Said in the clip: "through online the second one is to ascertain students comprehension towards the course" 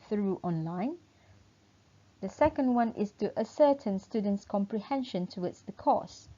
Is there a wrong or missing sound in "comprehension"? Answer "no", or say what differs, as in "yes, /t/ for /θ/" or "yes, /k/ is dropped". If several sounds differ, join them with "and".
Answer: no